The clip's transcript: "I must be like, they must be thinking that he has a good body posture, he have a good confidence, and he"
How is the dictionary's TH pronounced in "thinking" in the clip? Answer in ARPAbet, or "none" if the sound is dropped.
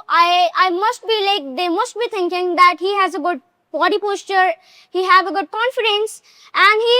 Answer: T